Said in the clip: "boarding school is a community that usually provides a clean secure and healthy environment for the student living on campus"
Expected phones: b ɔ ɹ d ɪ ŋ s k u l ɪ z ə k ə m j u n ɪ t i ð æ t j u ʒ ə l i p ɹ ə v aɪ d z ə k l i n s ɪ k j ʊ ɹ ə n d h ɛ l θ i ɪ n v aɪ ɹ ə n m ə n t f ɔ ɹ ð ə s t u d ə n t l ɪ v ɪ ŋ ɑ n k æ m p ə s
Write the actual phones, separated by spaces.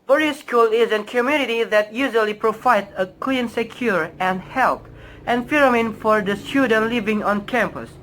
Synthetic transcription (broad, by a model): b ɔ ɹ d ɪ s k u l ɪ z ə k ə m j u n ɪ t i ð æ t j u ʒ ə l i p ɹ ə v aɪ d ə k l i n s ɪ k j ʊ ɹ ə n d h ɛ l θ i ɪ n f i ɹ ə m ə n f ɔ ɹ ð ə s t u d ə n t l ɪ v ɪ ŋ ɑ n k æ m p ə s